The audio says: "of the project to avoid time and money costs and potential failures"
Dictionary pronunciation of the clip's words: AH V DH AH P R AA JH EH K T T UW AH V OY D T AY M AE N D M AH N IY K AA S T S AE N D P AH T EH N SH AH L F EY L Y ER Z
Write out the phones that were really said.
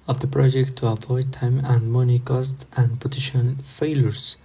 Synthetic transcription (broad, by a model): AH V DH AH P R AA JH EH K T T UW AH V OY D T AY M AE N D M AH N IY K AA S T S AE N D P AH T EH SH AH N F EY L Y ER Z